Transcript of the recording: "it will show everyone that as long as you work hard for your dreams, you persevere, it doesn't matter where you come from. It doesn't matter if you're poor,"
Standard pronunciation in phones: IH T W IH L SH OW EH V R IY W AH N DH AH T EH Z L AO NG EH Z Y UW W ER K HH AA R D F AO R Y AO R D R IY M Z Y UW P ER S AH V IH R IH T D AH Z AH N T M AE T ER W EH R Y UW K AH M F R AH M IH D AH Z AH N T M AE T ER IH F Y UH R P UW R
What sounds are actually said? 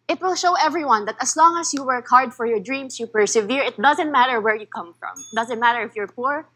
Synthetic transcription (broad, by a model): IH T W IH L SH OW EH V R IY W AH N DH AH T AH S L AO NG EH S Y UW W ER K HH AA R D F AO R Y AO R D R IY M S Y UW P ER S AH V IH R IH T D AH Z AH N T M AE T ER W EH R Y UW K AH M F R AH M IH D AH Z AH N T M AE T ER IH F Y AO R P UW R